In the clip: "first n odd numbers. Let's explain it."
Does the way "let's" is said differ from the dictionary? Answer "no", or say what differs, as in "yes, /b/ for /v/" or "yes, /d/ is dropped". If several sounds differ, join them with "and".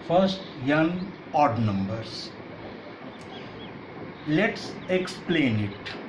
no